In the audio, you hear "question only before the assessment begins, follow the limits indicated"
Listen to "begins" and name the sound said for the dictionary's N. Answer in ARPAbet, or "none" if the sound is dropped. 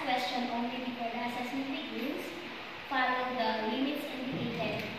none